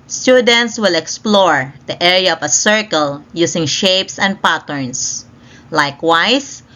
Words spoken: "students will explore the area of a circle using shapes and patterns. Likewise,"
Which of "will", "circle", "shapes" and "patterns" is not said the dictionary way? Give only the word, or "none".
patterns